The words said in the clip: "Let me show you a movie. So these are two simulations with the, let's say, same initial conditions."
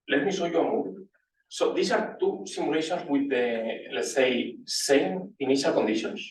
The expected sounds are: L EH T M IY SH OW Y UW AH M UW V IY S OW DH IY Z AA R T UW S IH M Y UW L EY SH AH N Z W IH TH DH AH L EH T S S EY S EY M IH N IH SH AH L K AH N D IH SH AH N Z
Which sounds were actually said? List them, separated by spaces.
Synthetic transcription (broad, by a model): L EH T M IY S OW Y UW AH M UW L S OW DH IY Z AA R T UW S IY M UW L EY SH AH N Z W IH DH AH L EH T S S EY S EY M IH N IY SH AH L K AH N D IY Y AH N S